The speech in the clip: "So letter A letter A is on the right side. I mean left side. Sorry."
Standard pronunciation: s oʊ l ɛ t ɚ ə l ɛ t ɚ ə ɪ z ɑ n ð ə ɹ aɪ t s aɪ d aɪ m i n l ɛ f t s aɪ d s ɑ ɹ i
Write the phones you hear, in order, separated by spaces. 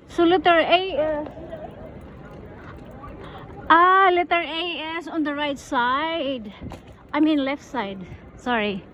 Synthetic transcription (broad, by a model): s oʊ l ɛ t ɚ ə l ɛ t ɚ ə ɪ s ɑ n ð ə ɹ aɪ t s aɪ d aɪ m i n l ɛ f t s aɪ d s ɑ ɹ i